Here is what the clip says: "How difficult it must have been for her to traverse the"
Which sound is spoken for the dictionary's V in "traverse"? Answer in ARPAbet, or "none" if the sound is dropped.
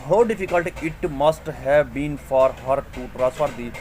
F